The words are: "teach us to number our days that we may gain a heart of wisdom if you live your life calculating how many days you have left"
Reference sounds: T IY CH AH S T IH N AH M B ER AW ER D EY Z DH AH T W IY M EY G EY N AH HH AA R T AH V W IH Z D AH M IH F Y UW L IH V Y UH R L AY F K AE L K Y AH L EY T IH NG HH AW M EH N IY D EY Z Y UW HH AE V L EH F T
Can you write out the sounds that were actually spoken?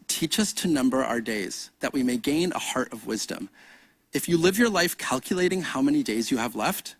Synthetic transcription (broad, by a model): T IY CH AH S T IH N AH M B ER AW ER D EY Z DH AH T W IY M EY G EY N AH HH AA R T AH V W IH Z D AH M IH F Y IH L IH V Y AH R L AY F K AE L K Y AH L EY T IH NG HH AW M EH N IY D EY Z Y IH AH V L EH F T